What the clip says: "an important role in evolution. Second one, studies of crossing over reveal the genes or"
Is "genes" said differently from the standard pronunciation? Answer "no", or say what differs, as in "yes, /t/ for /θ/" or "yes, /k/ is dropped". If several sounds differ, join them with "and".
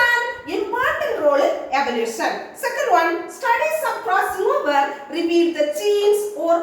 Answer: yes, /tʃ/ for /dʒ/